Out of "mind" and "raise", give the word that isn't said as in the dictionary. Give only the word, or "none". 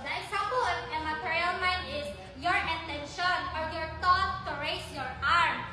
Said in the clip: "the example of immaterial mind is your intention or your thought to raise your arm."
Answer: raise